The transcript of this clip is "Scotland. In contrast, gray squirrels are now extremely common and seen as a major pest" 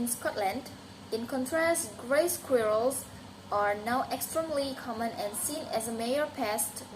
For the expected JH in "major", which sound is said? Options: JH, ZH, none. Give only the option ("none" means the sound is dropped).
none